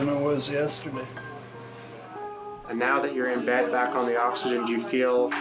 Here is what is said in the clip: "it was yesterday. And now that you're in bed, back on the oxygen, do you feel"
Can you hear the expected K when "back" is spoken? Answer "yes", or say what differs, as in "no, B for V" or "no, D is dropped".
yes